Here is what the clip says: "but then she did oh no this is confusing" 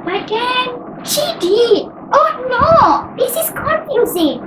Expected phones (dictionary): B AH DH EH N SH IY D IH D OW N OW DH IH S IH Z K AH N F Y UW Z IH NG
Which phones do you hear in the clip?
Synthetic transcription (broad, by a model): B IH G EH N SH IY D IH D OW N OW DH IH S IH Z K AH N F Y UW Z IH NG